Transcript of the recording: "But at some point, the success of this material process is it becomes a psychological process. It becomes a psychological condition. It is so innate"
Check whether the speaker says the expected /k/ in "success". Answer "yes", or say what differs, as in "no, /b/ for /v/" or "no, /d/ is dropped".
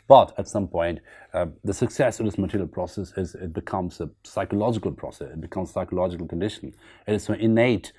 yes